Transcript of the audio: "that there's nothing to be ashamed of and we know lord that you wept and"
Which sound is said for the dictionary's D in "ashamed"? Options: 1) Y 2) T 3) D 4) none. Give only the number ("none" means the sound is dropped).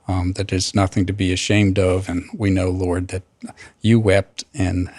3